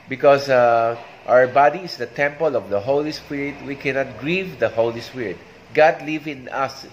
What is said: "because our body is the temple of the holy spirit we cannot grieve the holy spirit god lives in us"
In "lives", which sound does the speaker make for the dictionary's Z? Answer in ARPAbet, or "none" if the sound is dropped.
none